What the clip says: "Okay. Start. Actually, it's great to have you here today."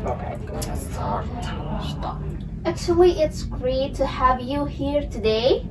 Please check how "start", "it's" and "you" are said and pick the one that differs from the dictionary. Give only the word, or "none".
start